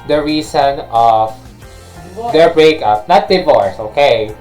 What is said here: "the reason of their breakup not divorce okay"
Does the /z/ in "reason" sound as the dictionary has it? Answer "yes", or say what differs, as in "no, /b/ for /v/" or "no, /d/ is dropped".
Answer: no, /s/ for /z/